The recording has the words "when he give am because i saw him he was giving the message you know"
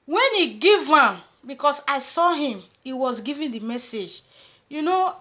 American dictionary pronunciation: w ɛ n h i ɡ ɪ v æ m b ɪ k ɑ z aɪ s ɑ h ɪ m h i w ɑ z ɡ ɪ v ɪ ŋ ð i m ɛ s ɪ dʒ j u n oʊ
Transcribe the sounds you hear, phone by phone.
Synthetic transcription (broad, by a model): w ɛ n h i ɡ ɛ v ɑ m b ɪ k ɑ s aɪ s ɑ h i m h i w ɑ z ɡ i v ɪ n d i m ɛ s ɪ dʒ j u n oʊ